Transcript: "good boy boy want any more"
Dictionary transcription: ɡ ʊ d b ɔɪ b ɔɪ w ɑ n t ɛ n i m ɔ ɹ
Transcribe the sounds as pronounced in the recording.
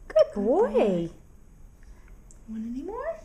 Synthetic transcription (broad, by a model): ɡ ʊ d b b ɔɪ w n ɛ n i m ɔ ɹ